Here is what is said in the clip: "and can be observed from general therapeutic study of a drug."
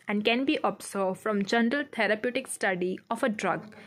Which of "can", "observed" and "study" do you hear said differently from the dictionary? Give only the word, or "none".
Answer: observed